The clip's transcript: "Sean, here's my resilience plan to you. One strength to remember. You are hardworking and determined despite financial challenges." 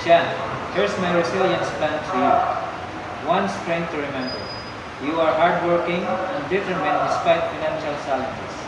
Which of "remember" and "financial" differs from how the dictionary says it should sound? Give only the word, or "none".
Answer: none